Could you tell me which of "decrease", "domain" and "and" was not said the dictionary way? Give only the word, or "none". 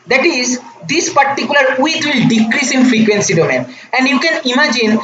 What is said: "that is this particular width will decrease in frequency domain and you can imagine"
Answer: none